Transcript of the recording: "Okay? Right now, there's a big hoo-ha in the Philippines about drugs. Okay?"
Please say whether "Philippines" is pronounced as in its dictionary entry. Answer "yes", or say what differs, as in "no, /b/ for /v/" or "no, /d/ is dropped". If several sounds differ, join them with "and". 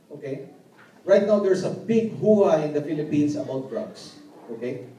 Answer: no, /s/ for /z/